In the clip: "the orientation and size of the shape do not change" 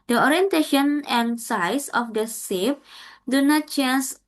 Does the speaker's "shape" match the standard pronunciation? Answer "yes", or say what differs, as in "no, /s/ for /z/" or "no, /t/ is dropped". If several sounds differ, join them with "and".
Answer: no, /s/ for /ʃ/